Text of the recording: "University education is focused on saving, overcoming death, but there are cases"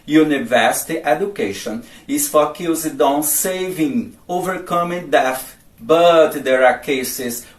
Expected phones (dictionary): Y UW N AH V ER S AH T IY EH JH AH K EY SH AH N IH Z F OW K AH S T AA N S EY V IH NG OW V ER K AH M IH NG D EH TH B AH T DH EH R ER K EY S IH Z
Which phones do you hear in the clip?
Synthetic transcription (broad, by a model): Y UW N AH V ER S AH T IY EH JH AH K EY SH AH N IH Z F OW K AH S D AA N S EY V IH NG OW V ER K AH M IH NG D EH F B AH T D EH R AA K EY S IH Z